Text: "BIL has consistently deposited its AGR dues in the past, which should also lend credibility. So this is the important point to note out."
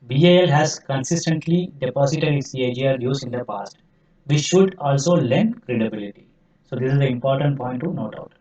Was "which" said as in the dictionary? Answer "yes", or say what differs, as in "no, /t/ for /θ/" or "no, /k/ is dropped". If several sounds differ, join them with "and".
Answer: no, /s/ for /tʃ/